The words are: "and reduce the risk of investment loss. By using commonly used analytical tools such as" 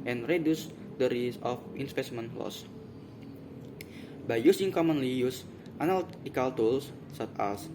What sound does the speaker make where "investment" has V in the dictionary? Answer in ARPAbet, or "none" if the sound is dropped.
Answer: P